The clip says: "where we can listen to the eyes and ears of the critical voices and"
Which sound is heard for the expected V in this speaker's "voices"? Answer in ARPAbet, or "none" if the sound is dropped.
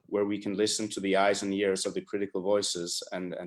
V